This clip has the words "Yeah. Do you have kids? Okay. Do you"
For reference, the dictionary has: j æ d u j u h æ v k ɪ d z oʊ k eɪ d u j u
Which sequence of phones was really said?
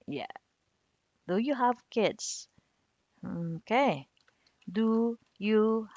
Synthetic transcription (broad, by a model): j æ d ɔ j u h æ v k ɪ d s oʊ k eɪ d u j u